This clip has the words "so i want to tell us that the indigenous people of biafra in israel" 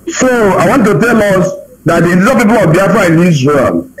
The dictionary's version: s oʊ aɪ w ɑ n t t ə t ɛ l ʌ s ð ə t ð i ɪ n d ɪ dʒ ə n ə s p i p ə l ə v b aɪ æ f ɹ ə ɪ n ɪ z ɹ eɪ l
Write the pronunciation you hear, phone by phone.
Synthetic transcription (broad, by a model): s oʊ aɪ w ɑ n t t ə t ɛ l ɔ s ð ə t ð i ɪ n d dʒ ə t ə p i p ə l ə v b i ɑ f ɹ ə ɪ n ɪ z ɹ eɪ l